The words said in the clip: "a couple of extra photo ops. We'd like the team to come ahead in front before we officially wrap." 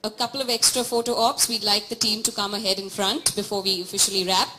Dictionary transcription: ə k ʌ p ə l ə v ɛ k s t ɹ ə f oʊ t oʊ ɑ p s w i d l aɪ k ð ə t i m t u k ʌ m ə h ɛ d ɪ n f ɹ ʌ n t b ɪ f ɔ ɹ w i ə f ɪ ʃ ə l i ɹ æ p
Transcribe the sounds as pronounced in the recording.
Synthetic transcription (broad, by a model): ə k ʌ p ə l ə v ɛ k s t ɹ ə f oʊ t oʊ ɑ p s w i d l aɪ k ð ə t i m t u k ʌ m ə h ɛ d ɪ n f ɹ ʌ n t b ɪ f ɔ ɹ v i ə f ɪ ʃ ə l i ɹ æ p